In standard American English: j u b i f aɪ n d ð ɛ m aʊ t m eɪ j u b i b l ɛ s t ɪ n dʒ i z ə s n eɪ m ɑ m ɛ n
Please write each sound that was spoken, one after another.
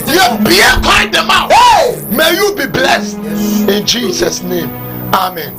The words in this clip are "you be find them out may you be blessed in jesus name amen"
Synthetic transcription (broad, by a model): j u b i p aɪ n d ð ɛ m aʊ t m eɪ j u b i b l ɛ s t ɪ n dʒ i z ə s n eɪ m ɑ m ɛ n